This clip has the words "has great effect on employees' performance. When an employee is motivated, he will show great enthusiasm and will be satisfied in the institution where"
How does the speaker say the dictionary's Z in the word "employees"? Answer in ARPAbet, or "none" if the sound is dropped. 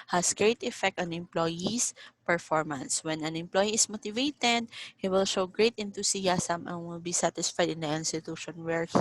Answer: S